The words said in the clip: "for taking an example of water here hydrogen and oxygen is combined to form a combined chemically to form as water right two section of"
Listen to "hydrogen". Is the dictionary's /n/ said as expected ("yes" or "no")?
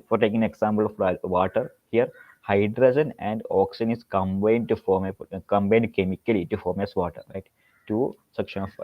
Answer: yes